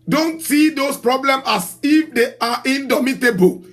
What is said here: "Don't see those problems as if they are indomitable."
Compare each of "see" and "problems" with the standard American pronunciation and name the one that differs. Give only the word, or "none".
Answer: problems